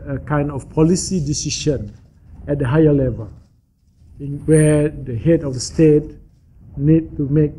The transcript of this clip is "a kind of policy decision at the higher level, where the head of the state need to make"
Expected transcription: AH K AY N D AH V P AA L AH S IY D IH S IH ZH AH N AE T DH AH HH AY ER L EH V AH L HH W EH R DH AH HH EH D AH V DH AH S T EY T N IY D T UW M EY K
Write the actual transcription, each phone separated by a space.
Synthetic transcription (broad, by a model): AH K AY N D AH F P AA L AH S IY D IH S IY SH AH N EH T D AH HH AY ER L EH V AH L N W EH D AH HH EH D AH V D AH S T EY T N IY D T UW M EY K